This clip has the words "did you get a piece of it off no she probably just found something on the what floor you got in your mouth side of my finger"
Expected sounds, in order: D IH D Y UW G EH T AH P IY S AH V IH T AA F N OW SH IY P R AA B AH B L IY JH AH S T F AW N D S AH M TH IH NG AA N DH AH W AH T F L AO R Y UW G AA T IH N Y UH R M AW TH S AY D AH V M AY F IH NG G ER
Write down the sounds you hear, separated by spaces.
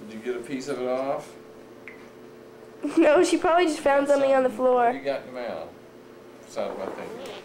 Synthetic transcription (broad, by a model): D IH Y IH G EH T AH P IY S AH V IH T AA F N OW SH IY P R AA B AH B L IY JH AH S T F AW N D S AH M TH IH NG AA N DH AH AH F L AO R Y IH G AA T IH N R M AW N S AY AH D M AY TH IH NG